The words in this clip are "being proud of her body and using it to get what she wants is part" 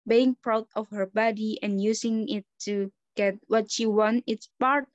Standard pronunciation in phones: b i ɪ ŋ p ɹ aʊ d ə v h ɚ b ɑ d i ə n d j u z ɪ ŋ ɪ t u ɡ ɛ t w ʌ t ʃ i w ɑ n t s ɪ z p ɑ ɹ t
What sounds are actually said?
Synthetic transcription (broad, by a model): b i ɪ ŋ p ɹ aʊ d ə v h ɚ b ɑ d i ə n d j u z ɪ ŋ ɪ t u ɡ ɛ t w ʌ t ʃ i w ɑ n t ɪ s p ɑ ɹ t